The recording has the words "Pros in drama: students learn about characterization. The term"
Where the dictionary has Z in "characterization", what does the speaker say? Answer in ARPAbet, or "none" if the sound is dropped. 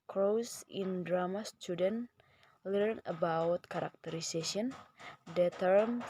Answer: S